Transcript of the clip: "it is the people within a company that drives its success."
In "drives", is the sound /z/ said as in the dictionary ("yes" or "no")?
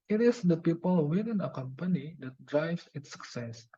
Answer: no